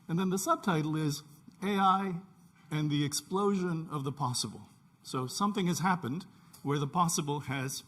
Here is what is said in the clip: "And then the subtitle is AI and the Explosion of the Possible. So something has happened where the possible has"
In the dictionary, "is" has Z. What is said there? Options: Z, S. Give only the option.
Z